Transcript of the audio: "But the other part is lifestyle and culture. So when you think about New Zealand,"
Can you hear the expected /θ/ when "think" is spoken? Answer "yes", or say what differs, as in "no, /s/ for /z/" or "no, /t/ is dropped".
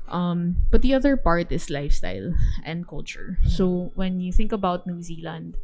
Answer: yes